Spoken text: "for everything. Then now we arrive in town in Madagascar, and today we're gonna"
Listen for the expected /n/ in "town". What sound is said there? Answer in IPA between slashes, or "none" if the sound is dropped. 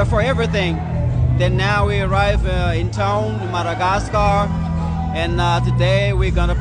none